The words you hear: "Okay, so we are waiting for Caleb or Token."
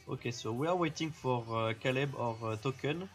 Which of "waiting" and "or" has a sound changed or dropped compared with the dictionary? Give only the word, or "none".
none